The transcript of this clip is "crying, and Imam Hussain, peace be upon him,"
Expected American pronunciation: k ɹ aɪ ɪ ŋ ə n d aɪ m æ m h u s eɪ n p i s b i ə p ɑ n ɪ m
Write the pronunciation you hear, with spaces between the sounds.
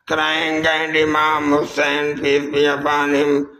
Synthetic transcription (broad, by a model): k ɹ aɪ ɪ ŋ ə n d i m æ m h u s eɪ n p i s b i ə b ɑ n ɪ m